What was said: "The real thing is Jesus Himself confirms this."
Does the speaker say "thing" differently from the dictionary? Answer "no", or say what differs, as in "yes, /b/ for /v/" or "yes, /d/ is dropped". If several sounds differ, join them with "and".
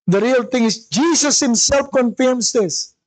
yes, /t/ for /θ/